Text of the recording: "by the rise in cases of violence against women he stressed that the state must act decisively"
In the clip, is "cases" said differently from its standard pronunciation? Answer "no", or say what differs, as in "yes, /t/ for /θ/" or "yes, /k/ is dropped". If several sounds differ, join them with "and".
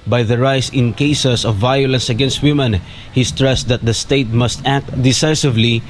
yes, /s/ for /z/